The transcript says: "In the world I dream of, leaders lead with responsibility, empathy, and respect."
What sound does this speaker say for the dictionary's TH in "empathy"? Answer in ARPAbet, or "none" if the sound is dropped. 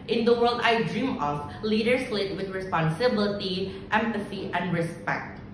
S